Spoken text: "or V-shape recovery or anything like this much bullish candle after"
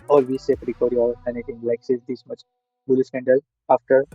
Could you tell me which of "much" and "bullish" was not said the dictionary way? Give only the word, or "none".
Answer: bullish